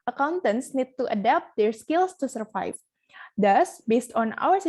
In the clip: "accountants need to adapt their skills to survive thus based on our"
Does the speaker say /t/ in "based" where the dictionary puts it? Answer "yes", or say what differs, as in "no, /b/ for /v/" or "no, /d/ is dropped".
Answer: yes